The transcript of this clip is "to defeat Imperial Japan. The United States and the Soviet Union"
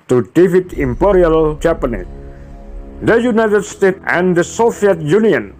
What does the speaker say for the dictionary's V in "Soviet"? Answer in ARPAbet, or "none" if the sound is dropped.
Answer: F